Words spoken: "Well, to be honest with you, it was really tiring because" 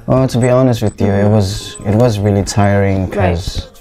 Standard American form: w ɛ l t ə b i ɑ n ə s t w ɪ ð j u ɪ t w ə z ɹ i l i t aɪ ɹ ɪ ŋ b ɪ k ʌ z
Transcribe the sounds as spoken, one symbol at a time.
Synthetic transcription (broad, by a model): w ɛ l t ə b i ɑ n ə s t w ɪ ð j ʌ ɪ t w ə z ɹ i l i t aɪ ɹ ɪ ŋ k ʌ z